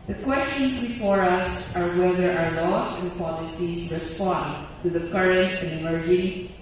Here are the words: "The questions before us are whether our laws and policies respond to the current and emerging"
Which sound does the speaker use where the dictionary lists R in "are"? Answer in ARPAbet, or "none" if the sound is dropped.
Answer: R